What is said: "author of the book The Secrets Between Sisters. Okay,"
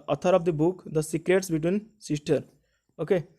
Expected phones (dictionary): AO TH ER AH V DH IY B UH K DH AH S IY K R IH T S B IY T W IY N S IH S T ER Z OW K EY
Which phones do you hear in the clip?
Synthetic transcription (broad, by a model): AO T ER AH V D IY B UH K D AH S IY K R IH T S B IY T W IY N S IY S T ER OW K EY